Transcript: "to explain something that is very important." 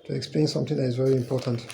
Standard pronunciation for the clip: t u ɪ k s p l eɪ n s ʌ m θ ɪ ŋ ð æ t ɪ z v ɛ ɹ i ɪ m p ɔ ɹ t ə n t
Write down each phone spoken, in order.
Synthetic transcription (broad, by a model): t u ɪ k s p l eɪ n s ʌ m θ ɪ ŋ ð æ t ɪ z v ɛ ɹ i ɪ m p ɔ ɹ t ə n t